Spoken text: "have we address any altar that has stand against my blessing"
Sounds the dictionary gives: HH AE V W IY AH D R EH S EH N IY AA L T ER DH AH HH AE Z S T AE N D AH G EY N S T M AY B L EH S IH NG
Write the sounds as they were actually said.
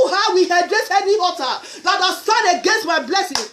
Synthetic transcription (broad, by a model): HH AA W IY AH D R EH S EH N IY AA T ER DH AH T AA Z S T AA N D AH G EY N S T M AY B L EH S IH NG